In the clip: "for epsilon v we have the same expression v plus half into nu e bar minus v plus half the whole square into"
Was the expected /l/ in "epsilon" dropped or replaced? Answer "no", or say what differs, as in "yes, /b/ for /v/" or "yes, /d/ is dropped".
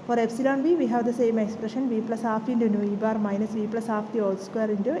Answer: no